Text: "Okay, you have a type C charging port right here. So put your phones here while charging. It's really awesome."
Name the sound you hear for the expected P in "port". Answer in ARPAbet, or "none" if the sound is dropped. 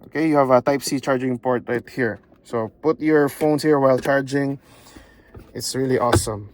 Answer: P